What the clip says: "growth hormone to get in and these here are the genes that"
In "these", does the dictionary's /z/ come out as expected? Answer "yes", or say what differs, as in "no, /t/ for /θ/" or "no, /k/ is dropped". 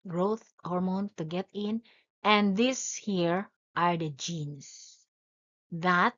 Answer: no, /s/ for /z/